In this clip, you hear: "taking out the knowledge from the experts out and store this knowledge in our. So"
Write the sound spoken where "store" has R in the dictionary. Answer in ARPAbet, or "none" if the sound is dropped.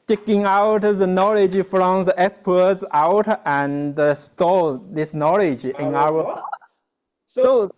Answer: L